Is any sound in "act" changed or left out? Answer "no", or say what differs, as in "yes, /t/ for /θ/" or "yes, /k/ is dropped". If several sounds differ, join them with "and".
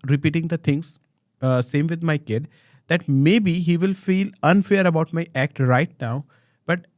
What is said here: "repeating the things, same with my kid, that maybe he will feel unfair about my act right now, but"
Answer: no